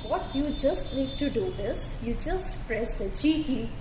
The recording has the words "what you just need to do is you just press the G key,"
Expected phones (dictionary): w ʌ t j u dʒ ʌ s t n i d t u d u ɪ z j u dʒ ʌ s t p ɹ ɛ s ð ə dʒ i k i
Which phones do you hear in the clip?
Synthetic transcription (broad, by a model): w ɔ t j u dʒ ʌ s t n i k t u d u ɪ z j u dʒ ʌ s t p ɹ ɛ s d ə tʃ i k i